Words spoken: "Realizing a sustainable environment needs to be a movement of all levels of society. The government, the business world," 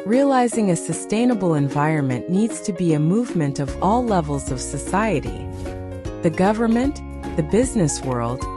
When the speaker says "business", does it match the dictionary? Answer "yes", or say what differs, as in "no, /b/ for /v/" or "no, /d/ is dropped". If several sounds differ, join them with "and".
yes